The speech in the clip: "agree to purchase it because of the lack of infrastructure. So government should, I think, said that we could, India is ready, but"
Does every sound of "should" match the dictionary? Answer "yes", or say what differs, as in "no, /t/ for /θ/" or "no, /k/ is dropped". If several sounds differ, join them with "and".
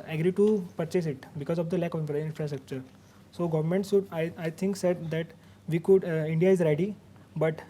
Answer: no, /s/ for /ʃ/